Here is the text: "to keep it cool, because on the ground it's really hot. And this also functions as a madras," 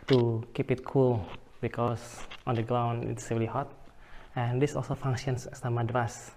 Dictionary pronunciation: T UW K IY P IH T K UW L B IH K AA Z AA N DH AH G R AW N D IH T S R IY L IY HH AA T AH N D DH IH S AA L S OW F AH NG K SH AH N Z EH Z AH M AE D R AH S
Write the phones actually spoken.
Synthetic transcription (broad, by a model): T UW K IY P IH T K UW L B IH K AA S AA N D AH G R AW N D IH T S R IY L IY HH AA T AH N D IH S AA L S OW F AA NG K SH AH N S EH S AH M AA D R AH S